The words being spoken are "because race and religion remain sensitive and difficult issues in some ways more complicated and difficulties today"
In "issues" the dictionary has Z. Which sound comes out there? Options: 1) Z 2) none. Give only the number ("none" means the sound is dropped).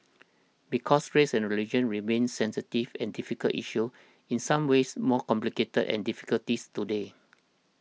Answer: 2